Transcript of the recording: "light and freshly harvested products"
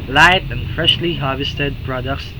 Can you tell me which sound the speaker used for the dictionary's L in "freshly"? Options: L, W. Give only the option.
L